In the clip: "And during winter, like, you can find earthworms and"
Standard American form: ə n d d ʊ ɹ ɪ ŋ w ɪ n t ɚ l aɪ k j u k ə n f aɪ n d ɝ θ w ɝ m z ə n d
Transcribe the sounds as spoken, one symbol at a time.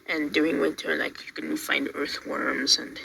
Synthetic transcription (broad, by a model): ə n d d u ɪ ŋ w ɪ t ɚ l aɪ k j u k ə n f aɪ n d ɝ θ w ɝ m z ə n